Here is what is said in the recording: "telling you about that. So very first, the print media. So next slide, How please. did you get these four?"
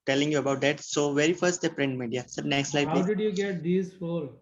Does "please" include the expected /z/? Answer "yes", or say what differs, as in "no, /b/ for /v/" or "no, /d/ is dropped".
no, /z/ is dropped